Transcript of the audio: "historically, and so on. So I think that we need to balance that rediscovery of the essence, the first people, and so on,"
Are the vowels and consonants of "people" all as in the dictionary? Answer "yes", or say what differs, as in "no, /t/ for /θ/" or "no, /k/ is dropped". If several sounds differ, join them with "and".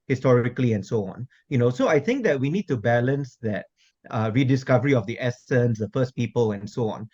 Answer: yes